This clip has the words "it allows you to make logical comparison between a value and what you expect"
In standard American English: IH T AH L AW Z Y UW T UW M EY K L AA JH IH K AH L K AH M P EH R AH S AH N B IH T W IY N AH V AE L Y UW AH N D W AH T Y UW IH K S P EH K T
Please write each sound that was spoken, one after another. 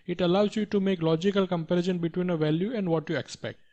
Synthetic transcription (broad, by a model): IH T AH L AW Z Y UW T UW M EY K L AA JH IH K AH L K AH M P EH R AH SH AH N B IH T W IY N AH V AE L Y UW AH N D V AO T Y UW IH K S P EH K T